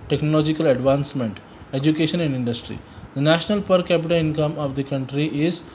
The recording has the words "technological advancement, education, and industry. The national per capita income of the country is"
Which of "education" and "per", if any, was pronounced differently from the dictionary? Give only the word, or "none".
none